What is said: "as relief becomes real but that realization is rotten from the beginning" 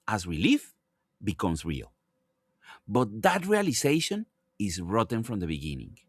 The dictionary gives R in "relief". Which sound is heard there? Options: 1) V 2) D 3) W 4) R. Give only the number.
3